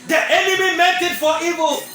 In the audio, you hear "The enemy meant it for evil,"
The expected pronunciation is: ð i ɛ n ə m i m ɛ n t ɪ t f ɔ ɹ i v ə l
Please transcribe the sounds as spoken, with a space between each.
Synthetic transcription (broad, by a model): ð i ɛ n ə m i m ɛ t ɪ t f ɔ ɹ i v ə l